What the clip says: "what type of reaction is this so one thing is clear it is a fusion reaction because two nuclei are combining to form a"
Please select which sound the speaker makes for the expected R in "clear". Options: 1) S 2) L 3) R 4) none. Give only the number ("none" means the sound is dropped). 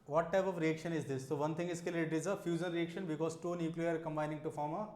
2